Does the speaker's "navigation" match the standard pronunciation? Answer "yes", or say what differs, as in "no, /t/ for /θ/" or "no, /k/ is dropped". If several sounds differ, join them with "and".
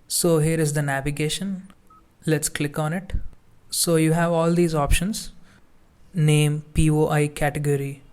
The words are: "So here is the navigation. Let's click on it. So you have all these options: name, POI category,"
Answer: yes